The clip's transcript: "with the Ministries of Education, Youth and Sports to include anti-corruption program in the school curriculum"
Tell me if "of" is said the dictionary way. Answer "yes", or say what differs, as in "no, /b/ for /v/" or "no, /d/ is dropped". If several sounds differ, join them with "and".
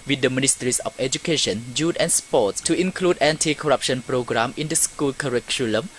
no, /f/ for /v/